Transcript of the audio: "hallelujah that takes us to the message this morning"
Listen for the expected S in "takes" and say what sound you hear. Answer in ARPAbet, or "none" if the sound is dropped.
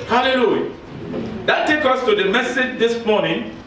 none